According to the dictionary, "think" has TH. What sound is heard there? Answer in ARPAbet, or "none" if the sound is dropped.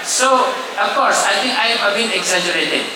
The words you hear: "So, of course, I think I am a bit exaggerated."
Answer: T